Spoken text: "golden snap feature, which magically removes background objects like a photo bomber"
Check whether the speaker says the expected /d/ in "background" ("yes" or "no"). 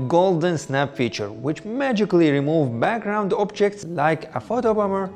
yes